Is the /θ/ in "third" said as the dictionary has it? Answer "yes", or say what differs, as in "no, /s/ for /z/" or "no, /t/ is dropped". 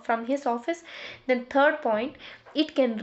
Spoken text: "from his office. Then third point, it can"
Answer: no, /t/ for /θ/